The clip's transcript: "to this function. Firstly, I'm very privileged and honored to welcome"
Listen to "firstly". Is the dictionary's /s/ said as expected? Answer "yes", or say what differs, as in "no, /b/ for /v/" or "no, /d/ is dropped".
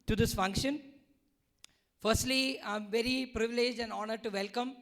yes